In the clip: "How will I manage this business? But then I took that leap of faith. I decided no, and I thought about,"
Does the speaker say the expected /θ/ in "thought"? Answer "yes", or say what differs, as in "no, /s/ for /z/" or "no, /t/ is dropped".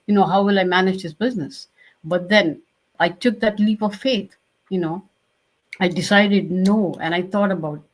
no, /t/ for /θ/